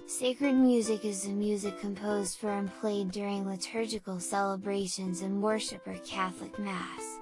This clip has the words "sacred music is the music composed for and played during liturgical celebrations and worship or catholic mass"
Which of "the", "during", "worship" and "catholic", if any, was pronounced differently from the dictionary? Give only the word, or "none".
none